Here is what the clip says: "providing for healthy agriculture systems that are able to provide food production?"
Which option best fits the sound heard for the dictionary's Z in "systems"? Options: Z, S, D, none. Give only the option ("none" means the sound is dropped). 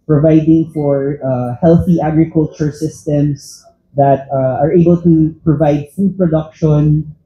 S